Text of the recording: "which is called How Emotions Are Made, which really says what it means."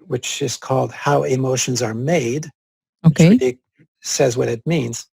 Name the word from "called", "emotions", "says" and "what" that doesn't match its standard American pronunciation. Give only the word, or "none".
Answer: none